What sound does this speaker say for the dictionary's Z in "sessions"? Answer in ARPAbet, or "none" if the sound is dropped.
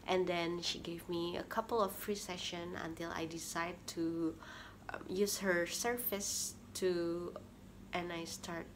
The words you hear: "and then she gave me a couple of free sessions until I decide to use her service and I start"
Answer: none